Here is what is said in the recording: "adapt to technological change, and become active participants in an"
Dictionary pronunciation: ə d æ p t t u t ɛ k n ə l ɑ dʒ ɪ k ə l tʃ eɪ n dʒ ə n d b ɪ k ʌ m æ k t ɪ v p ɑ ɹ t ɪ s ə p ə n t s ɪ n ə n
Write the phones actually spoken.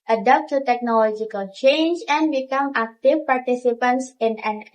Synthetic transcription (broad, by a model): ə d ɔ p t t u t ɛ k n ə l ɑ dʒ ɪ k ə l tʃ eɪ n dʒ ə n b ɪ k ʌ m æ k t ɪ f p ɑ ɹ t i s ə p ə n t s ɪ n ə n